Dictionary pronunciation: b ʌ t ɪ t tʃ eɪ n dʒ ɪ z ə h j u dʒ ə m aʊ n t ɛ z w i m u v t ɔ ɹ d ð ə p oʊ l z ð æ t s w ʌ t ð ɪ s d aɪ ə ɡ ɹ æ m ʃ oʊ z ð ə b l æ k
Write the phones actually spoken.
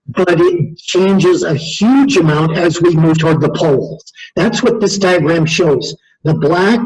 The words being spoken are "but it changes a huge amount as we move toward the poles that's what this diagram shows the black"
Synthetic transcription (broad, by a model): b ʌ t ɪ t tʃ eɪ n dʒ ɪ z ə h j u dʒ ə m aʊ n t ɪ z w i m u v t ɔ ɹ d ð ə p oʊ l z ð æ t s w ʌ t ð ɪ s d aɪ ə ɡ ɹ æ m ʃ oʊ z ð ə b l æ k